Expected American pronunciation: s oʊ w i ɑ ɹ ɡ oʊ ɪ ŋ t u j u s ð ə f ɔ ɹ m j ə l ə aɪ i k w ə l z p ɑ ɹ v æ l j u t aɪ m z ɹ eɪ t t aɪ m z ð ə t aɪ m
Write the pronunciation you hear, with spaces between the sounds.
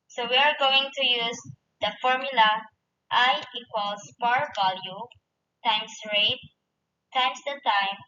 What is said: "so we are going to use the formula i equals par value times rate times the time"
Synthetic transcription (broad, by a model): s oʊ w i ɑ ɹ ɡ oʊ ɪ ŋ t u j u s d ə f ɔ ɹ m j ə l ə aɪ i k w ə l s p ɑ ɹ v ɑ l j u t aɪ m s ɹ eɪ t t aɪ m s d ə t aɪ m